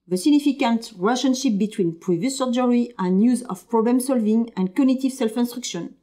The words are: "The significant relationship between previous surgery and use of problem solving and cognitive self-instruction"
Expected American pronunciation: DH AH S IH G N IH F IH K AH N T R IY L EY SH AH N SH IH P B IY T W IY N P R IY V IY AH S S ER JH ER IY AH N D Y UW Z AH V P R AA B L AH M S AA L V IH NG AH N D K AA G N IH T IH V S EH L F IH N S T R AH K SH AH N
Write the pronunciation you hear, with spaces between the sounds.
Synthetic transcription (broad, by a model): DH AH S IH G N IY F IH K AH N T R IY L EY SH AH N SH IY P B IY T W IY N P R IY V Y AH S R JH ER IY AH N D Y UW Z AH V P R AA B L AH M S AA L V IH NG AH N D K AA G N IH T IH V S EH L F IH N S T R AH K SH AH N